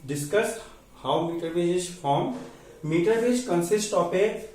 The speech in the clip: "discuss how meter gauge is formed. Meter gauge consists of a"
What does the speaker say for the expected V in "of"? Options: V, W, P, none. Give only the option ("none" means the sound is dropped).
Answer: P